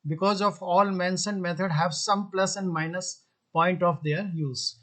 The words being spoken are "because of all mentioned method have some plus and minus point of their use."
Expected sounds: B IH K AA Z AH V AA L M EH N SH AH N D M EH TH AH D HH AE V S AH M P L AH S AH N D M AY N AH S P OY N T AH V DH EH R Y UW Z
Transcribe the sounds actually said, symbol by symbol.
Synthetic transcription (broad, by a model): B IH K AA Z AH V AA L M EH N S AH N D M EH T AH D HH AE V S AH M P L AH S AH N D M AY N AH S P OY N T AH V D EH R Y UW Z